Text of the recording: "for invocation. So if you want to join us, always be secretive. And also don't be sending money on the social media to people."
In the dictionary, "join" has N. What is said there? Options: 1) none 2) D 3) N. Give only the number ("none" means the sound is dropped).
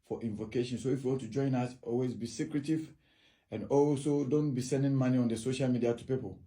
3